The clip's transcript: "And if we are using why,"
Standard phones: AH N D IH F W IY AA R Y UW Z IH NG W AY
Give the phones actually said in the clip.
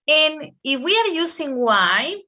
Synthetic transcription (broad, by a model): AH N IH F W IY AA R Y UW S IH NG W AY